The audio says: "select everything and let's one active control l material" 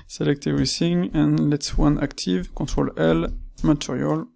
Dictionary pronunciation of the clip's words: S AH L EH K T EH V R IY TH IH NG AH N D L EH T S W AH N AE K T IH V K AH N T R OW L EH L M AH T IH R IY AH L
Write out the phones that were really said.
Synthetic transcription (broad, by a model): S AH L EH K T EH R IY S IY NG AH N L EH T S W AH N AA K T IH V K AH T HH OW L EH L M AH T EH R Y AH L